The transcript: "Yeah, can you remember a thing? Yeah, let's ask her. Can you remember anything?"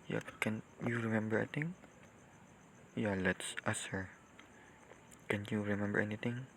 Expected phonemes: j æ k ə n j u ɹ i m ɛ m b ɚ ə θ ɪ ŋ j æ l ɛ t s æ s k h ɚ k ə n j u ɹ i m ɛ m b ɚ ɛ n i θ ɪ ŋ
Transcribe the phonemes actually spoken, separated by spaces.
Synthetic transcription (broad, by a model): j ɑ k ə n j u ɹ i m ɛ m b ɚ ə t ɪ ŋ j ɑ l ɛ t s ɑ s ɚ k ə n j u ɹ i m ɛ m b ɚ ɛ n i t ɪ ŋ